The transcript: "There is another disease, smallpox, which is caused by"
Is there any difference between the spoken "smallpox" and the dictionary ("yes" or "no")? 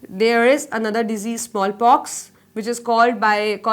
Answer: no